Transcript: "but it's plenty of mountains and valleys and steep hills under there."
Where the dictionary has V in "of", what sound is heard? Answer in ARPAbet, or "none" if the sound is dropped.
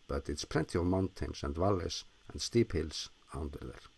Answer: V